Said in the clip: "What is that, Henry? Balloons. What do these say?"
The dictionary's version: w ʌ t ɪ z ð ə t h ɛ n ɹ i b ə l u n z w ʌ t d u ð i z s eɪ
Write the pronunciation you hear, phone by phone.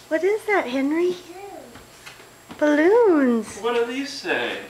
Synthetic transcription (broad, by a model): w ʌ t ɪ z ð ə t h ɛ n ɹ i b ə l u n z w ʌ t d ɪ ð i s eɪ